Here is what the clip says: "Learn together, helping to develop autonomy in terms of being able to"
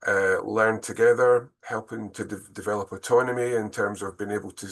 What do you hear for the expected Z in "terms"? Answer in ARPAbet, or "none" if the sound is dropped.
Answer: Z